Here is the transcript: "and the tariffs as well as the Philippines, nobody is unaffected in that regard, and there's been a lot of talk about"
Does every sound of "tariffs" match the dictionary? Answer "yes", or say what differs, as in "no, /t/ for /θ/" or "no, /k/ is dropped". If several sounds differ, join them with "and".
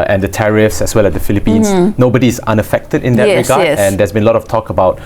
yes